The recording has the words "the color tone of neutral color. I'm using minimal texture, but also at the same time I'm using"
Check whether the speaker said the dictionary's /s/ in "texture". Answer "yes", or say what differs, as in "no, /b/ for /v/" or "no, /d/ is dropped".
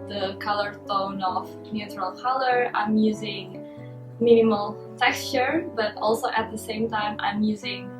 yes